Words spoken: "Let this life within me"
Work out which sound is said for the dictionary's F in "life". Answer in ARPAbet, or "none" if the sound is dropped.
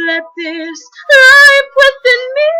P